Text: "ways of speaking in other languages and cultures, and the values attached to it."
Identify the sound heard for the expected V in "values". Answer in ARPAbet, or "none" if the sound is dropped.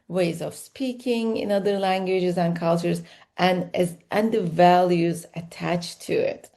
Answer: V